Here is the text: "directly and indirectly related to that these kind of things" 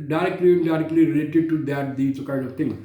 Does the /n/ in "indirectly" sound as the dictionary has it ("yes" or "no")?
no